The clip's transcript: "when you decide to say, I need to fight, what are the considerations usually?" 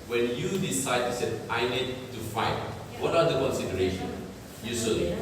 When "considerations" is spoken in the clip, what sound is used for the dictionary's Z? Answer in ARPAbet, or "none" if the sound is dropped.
none